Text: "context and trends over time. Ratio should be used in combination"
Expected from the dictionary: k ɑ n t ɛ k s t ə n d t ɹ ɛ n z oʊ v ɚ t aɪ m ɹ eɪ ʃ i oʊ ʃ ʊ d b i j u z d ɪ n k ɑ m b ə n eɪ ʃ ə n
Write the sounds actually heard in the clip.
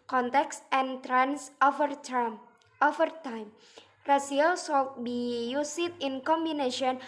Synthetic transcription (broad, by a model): k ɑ n t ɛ k s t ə n t ɹ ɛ n s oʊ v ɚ t aɪ m ɹ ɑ s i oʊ s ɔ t b i j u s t ɪ n k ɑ m b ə n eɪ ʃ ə n